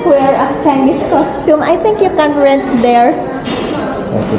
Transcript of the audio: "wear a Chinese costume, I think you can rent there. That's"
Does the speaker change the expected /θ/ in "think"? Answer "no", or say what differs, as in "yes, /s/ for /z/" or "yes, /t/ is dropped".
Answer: yes, /t/ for /θ/